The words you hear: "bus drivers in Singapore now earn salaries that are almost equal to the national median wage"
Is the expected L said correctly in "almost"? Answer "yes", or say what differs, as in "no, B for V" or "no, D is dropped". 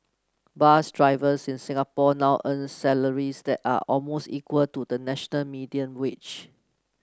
yes